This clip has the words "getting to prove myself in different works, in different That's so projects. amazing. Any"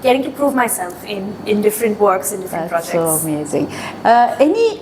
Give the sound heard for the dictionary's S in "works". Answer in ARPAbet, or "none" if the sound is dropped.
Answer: S